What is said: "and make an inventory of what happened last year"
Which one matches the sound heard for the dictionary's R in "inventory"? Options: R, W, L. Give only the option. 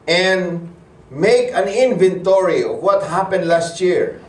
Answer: R